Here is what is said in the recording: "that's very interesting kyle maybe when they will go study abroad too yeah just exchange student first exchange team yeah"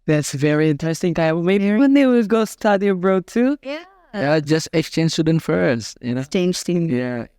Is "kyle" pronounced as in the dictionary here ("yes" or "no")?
no